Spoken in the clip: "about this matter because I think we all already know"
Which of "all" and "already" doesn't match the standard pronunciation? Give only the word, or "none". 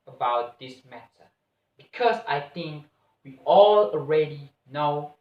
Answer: none